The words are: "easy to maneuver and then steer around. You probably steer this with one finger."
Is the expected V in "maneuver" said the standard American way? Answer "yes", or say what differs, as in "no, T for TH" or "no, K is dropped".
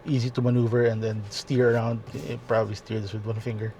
yes